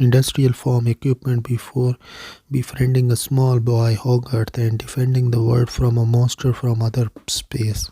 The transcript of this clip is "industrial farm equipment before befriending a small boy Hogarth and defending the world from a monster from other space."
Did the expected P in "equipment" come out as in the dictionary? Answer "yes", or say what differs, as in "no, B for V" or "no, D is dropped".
yes